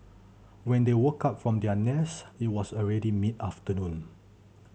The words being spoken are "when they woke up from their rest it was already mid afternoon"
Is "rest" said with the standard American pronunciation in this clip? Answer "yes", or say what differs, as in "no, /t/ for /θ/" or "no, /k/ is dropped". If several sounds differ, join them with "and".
no, /t/ is dropped